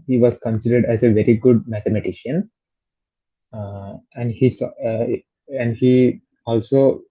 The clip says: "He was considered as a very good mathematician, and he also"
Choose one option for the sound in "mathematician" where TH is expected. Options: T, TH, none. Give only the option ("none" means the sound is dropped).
T